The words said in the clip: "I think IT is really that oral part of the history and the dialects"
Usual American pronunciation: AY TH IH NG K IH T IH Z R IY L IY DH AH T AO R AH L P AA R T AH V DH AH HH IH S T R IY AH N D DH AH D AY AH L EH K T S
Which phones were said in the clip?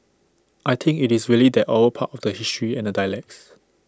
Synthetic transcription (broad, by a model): AY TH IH NG K IH T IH S R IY L IY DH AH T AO AH P AA T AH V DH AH HH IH S T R IY AH N D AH D AY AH L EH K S